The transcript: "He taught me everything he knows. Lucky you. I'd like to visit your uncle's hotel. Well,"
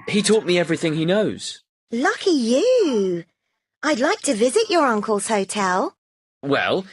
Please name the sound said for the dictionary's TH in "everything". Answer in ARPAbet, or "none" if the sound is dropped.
TH